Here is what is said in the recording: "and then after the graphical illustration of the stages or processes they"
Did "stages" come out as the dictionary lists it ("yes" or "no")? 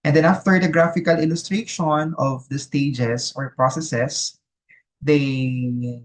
no